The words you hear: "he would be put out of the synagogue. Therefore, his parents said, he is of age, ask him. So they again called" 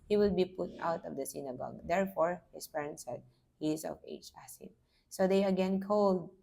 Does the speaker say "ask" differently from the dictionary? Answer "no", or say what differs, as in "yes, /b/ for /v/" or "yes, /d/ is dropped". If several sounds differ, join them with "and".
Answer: yes, /k/ is dropped